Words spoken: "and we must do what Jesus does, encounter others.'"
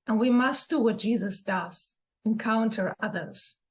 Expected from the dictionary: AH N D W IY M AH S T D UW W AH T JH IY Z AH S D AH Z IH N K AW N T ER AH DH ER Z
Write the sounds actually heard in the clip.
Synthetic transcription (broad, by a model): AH N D W IY M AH S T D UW W AH T JH IY Z AH S D AH Z IH N K AW N T ER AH DH ER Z